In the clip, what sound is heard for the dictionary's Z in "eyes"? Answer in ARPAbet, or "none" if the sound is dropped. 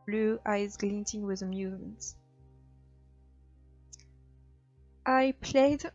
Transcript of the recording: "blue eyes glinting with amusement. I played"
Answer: Z